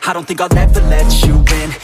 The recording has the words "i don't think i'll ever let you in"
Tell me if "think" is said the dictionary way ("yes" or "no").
yes